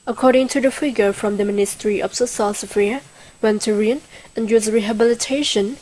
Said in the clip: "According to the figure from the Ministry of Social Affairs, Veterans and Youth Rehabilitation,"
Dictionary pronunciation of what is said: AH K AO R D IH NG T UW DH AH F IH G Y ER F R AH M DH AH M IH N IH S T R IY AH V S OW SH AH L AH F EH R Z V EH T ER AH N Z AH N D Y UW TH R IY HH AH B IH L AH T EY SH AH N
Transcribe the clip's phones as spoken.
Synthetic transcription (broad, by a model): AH K AO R D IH NG T UW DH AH F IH G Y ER F R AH M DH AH M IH N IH S T R IY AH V S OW S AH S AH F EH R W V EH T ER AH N AH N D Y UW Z R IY HH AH B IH L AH T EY SH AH N